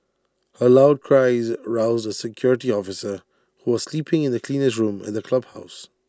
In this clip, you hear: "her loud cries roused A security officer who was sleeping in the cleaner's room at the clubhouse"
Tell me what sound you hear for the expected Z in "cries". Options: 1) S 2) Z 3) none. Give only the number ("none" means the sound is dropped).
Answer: 2